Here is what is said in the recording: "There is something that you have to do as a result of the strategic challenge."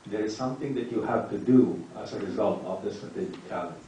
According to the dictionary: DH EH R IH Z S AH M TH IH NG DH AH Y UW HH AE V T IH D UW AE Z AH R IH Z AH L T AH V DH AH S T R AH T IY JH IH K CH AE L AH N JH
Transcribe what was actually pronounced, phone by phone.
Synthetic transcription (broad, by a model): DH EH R IH Z S AH M TH IH NG DH AH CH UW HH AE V T IH D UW AE Z AH R IH Z AH L T AH V DH AH S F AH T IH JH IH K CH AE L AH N